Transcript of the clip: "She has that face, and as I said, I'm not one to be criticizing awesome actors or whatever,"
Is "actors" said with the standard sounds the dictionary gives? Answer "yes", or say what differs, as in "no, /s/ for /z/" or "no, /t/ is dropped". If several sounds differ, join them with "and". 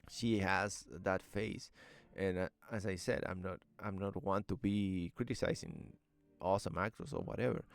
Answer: no, /s/ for /z/